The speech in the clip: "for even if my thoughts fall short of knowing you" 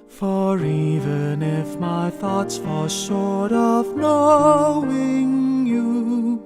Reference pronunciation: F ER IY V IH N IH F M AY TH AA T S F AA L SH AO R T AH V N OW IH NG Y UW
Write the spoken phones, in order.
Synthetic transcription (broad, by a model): F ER IY V IH N IH F M AY TH AA T S F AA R SH AO R T AH V N OW IH NG Y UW